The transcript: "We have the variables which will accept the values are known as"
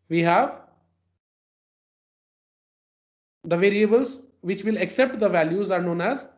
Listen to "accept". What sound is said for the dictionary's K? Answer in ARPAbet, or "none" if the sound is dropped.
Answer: K